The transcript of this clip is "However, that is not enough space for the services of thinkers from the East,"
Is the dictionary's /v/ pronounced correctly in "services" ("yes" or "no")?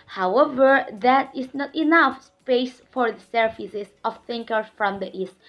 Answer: no